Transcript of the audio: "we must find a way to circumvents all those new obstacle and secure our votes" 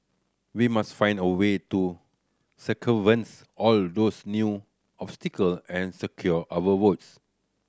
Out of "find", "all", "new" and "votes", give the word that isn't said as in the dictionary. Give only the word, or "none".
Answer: votes